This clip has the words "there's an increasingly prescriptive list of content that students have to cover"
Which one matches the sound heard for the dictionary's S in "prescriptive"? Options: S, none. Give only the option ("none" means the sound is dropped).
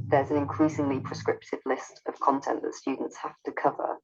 S